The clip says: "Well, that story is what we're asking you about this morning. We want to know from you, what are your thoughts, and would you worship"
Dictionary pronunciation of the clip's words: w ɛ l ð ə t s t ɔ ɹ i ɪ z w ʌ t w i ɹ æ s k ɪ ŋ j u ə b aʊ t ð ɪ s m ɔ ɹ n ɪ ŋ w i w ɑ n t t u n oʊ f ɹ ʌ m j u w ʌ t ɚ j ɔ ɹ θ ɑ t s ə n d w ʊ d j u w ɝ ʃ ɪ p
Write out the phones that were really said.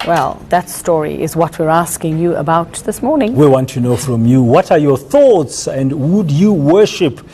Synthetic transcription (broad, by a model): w ɛ l ð ə t s t ɔ ɹ i ɪ z w ʌ t w i ɹ æ s k ɪ ŋ j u ə b aʊ t ð ɪ s m ɔ ɹ n ɪ ŋ w i w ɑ n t t u n oʊ f ɹ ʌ m j u w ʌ t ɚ j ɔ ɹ θ ɑ t s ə n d w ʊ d j u w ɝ ʃ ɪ p